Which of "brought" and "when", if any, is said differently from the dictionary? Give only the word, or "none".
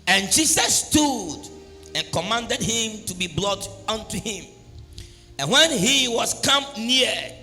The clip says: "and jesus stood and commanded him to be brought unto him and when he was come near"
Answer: brought